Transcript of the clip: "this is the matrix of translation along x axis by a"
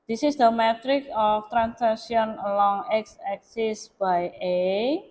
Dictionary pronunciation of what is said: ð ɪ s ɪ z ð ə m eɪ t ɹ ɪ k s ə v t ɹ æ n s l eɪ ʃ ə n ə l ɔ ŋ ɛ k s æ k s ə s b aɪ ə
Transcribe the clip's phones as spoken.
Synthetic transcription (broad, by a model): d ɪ s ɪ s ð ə m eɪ t ɹ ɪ k ə f t ɹ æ n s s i ə n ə l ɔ ŋ ɛ k s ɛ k s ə s b aɪ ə